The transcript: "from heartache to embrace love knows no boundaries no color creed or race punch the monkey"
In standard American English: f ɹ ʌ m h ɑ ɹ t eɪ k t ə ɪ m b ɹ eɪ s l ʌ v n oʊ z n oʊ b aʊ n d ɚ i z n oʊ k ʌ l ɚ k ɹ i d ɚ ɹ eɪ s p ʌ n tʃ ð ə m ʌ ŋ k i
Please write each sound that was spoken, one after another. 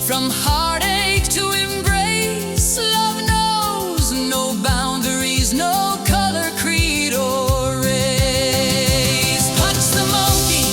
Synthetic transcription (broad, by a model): f ɹ ʌ m h ɑ ɹ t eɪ k t ə ɪ m b ɹ eɪ s l ʌ v n oʊ z n oʊ b aʊ n d ɚ i z n oʊ k ʌ l ɚ k ɹ i d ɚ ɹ eɪ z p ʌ tʃ ð ə m ʌ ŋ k i